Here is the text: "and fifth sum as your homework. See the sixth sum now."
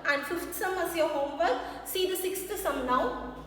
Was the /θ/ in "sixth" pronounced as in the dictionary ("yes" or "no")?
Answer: no